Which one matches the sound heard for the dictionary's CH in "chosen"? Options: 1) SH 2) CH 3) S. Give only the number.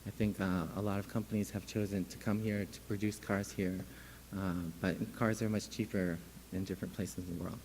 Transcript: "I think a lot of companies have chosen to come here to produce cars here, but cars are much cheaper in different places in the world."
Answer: 2